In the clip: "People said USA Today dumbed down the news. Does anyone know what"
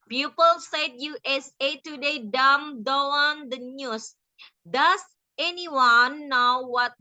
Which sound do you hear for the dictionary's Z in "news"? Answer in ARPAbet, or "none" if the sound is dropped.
S